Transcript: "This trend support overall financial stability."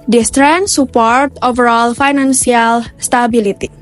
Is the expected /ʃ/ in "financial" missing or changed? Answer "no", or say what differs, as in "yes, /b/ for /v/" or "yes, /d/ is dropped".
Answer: yes, /s/ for /ʃ/